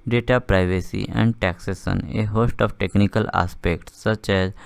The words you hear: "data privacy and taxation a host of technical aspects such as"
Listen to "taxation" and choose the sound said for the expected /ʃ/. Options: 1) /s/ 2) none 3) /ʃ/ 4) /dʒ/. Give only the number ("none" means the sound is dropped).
1